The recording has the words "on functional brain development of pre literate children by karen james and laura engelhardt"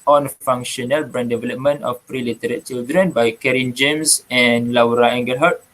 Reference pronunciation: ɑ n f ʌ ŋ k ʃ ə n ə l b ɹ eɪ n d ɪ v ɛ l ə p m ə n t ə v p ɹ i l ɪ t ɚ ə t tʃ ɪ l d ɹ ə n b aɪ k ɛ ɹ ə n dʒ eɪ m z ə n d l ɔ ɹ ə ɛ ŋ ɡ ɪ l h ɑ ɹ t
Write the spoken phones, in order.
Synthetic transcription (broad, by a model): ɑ n f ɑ ŋ k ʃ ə n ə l b ɹ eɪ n d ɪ v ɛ l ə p m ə n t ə f p ɹ i l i t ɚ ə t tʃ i l d ɹ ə n b aɪ k ɛ ɹ ə n dʒ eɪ m s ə n l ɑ ɹ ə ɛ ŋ ɡ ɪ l h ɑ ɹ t